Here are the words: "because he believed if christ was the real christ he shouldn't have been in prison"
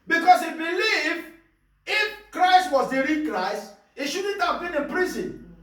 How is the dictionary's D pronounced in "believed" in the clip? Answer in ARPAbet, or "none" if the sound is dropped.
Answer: none